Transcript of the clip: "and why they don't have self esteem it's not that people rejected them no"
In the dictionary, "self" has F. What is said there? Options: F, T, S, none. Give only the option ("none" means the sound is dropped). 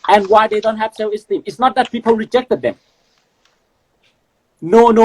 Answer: none